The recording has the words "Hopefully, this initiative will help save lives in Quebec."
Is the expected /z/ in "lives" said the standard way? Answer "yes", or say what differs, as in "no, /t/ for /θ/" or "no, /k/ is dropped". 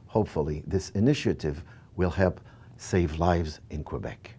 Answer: yes